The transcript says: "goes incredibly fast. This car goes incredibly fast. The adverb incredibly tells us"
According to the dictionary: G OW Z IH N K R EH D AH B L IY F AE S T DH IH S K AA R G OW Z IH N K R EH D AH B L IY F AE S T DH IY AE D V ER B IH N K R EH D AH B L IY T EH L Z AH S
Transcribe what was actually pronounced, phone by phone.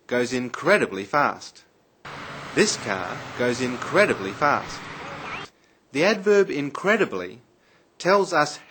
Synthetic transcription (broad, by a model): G OW Z IH N K R EH D AH B L IY F AE S T DH IH S K AA R G OW Z IH N K R EH D AH B L IY F AE S T DH IY AE D V ER B IH N K R EH D AH B L IY T EH L Z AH S